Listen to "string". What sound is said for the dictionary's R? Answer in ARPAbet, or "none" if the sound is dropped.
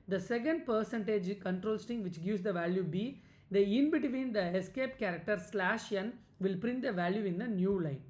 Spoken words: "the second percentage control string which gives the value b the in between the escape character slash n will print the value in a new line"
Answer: none